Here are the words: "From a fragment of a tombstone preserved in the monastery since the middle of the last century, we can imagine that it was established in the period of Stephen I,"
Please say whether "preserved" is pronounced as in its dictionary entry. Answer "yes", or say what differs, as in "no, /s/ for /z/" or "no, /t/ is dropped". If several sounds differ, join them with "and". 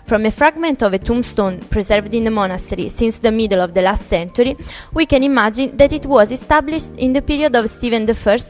yes